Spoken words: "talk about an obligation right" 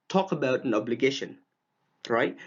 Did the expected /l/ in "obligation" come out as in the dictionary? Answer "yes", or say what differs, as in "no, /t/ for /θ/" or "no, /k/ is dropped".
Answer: yes